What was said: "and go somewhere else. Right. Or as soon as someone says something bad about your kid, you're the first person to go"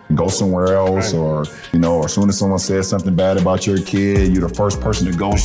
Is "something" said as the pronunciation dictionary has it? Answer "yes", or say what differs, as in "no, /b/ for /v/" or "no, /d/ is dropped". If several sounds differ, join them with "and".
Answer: yes